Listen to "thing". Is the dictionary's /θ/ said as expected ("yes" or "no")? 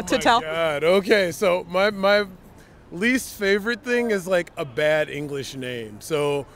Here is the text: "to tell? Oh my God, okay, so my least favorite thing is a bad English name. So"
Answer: yes